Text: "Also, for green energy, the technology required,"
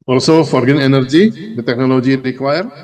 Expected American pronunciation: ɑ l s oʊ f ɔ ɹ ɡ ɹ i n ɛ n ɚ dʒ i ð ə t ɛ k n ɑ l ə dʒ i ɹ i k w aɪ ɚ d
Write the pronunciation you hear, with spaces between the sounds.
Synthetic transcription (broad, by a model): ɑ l s oʊ f ɔ ɹ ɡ ʌ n ɛ n ɚ dʒ i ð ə t ɛ k n ɑ l ə dʒ i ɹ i k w aɪ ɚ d